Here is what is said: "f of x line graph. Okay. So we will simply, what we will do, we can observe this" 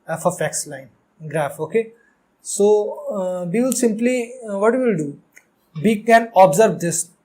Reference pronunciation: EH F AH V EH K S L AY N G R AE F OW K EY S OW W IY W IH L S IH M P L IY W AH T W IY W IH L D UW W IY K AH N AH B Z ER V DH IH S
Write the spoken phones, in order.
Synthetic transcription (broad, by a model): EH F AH F EH K S L AY N G R AE F OW K EY S OW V IY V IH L S IH M P L IY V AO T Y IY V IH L D UW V IY K AH N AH B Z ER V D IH S